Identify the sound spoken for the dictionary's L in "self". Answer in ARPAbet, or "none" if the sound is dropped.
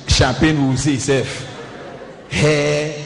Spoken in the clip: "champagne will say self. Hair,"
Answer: none